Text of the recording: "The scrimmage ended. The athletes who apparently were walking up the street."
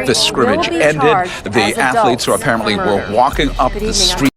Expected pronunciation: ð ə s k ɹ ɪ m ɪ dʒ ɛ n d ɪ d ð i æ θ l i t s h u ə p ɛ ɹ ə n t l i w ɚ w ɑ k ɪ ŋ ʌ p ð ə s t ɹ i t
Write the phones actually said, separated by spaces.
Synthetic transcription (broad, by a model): ð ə s k ɹ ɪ m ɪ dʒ ɛ n d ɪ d ð i æ θ l i t s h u ə p ɛ ɹ ə n t l i w ɚ w ɑ k ɪ ŋ ʌ p ð ə s t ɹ i